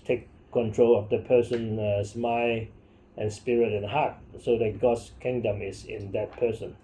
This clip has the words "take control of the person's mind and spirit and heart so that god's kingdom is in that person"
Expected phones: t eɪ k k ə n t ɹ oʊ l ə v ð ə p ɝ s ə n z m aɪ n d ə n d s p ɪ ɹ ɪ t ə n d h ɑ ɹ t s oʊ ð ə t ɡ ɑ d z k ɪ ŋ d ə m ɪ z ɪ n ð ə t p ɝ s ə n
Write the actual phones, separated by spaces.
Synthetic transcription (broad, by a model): t eɪ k k ə n t ɹ oʊ l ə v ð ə p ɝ s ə n s m aɪ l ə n s p ɪ ɹ ɪ t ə n h ɑ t s oʊ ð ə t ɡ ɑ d s k ɪ ŋ d ə m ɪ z ɪ n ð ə t p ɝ s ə n